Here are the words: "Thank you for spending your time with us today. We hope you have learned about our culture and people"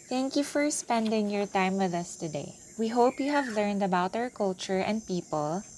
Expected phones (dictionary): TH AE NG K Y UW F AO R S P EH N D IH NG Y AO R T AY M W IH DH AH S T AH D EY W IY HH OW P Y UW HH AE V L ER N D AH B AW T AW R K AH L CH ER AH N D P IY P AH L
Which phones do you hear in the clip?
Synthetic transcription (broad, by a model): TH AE NG K Y UW F AO R S P EH N D IH NG Y AO R T AY M W IH DH AH S T AH D EY W IY HH OW P Y UW HH AE V L ER N D AH B AW T AW R K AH L CH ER AH N D P IY P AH L